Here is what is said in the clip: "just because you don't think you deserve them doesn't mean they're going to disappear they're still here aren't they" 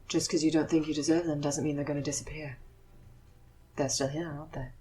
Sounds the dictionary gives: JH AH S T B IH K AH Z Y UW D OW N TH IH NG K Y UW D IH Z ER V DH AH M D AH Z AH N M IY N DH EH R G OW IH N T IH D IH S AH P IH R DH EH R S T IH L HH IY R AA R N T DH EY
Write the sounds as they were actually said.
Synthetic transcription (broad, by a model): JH AH S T K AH Z Y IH D OW N TH IH NG K Y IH D IH Z ER V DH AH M D AH Z AH N M IY N DH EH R G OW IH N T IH D IH S AH P IH R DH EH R S T IH L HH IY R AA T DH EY